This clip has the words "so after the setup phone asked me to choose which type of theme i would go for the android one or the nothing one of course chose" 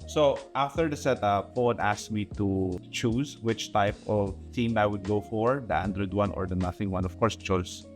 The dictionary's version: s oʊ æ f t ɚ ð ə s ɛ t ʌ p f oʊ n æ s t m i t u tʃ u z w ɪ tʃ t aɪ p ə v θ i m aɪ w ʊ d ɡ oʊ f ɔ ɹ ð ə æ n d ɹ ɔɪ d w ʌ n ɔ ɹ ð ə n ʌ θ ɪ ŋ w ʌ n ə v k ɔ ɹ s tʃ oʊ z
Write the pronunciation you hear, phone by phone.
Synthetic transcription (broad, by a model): s oʊ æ f t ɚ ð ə s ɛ t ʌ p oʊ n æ s m i t u tʃ u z w ɪ tʃ t aɪ p ə v t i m aɪ w ʊ d ɡ oʊ f ɔ ɹ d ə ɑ n d ɹ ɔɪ d w ʌ n ɔ ɹ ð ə n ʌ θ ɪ ŋ w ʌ n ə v k ɔ ɹ s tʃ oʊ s